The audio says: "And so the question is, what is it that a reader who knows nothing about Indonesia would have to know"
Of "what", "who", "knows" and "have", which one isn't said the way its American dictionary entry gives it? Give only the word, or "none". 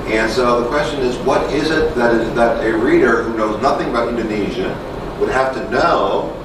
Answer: have